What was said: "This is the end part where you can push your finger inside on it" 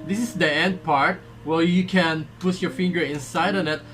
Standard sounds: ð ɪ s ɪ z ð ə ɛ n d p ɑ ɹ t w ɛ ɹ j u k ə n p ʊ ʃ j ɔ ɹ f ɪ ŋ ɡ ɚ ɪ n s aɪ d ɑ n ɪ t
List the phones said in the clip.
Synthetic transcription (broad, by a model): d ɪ s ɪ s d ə ɛ n d p ɑ ɹ t w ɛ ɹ j u k ə n p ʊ s j ɔ ɹ f ɪ ŋ ɡ ɚ ɪ n s aɪ d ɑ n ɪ t